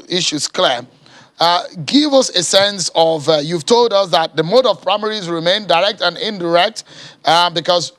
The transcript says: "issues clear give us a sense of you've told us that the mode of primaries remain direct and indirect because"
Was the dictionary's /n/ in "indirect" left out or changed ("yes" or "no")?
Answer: no